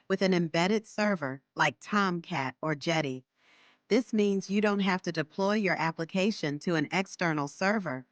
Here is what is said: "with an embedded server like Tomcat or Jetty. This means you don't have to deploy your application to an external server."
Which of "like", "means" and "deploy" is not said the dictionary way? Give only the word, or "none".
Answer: none